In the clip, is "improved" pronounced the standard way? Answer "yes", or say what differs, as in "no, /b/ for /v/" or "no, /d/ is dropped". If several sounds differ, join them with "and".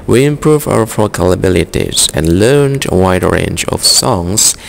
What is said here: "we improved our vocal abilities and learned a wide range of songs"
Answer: no, /d/ is dropped